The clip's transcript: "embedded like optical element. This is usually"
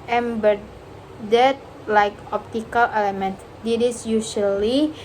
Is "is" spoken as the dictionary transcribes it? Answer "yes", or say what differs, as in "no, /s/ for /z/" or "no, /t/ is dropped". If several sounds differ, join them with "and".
no, /s/ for /z/